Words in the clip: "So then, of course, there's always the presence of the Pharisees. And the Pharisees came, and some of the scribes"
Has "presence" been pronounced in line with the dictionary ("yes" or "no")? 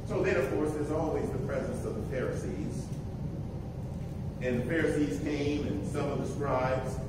yes